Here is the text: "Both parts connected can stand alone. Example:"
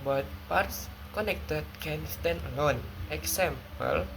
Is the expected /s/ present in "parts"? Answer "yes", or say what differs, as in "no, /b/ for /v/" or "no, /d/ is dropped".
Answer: yes